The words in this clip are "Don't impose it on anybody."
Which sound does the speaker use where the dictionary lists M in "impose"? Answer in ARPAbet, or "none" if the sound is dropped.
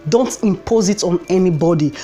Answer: M